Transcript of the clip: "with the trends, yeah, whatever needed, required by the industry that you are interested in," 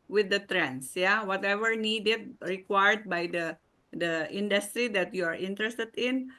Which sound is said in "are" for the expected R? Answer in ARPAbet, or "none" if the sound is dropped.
R